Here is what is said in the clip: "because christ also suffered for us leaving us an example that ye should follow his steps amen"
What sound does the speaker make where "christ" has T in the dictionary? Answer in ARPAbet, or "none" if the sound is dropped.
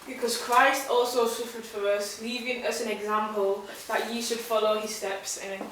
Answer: T